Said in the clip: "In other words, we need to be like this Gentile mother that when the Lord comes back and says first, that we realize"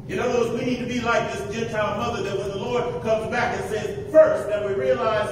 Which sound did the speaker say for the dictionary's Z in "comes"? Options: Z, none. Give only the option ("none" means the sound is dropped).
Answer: Z